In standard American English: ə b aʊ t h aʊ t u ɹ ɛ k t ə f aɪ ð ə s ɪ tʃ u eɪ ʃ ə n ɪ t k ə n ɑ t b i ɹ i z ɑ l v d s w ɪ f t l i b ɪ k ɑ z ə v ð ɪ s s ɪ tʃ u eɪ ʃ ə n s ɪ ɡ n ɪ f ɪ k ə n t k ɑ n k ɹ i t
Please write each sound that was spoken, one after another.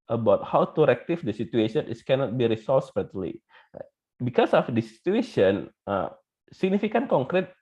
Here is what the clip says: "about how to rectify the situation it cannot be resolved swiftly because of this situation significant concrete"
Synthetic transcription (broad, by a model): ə b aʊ t h aʊ t u ɹ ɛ k t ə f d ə s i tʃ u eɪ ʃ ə n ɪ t k ə n ɑ t b i ɹ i s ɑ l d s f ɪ t l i b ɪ k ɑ s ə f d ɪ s s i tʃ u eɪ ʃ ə n s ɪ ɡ n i f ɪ k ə n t k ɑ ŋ k ɹ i t